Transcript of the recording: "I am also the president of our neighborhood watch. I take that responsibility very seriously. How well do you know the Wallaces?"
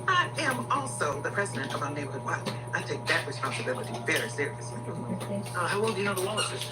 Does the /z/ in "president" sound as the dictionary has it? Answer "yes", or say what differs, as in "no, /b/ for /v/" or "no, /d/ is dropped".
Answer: yes